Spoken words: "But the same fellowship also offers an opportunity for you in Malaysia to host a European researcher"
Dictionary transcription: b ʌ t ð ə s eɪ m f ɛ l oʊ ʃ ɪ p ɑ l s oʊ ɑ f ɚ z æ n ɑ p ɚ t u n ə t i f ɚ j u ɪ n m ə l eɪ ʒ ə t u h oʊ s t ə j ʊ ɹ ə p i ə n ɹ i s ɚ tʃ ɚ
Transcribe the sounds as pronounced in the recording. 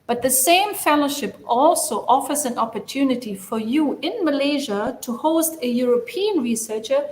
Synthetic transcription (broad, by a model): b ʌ t ð ə s eɪ m f ɛ l oʊ ʃ ɪ p ɑ l s oʊ ɑ f ɚ z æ n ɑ p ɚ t u n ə t i f ɚ j u ɪ n m ə l eɪ ʒ ə t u h oʊ s t ə j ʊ ɹ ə p i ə n ɹ i s ɚ tʃ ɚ